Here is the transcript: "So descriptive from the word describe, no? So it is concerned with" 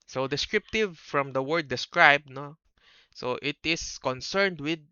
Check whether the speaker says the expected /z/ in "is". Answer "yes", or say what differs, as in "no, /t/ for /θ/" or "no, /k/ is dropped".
no, /s/ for /z/